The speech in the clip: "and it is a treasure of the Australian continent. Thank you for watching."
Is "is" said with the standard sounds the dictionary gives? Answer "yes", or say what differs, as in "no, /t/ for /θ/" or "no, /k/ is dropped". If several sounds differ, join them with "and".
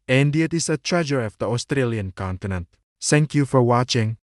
no, /s/ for /z/